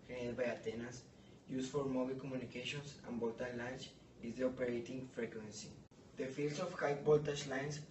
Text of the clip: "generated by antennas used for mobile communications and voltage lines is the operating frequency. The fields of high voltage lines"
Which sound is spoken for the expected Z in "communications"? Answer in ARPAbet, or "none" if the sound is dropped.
S